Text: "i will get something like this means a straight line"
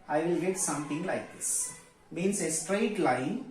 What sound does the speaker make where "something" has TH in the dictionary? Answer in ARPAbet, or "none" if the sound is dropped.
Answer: T